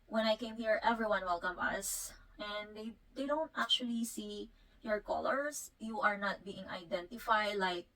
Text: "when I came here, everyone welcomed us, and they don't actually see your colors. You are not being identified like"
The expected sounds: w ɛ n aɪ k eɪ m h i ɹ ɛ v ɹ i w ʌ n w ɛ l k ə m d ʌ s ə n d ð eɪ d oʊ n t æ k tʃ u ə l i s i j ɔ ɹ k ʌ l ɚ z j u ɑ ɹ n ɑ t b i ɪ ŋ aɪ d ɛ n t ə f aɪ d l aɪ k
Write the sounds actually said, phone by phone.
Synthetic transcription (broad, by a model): w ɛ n aɪ k eɪ m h i ɹ ɛ v ɹ i w ʌ n w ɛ l k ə m ʌ s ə n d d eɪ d oʊ n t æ k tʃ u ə l i s i j ɔ ɹ k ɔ l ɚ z j u ɑ ɹ n ɑ t b i ɪ ŋ aɪ d ɛ n t ə f aɪ d l aɪ k